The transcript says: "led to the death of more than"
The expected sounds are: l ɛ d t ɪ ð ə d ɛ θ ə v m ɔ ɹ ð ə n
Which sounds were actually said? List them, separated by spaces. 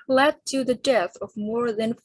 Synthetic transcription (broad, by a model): l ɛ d t ɪ ð ə d ɛ θ ə v m ɔ ɹ ð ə n